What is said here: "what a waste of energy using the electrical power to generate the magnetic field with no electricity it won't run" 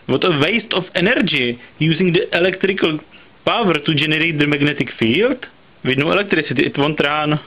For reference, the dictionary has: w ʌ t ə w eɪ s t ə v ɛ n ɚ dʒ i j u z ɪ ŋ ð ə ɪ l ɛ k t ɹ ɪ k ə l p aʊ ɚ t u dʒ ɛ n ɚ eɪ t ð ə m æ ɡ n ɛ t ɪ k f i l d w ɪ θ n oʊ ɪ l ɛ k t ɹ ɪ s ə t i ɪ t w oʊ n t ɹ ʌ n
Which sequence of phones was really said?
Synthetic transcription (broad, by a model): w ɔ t ə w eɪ s t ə f ɛ n ɚ dʒ i j u z ɪ ŋ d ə ɪ l ɛ k t ɹ ɪ k ə l p aʊ ɚ t u dʒ ɛ n ɚ eɪ t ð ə m æ ɡ n ɛ t ɪ k f i l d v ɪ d n oʊ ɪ l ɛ k t ɹ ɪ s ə t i ɪ t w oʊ n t ɹ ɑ n